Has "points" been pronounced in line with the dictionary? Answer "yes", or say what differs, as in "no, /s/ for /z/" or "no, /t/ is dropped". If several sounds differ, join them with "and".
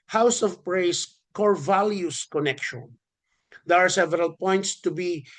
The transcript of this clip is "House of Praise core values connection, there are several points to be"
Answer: yes